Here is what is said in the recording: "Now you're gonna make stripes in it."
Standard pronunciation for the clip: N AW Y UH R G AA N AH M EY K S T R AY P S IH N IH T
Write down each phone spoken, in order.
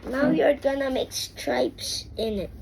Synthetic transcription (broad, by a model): N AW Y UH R G AA N AH M EY K S T R AY P S IH N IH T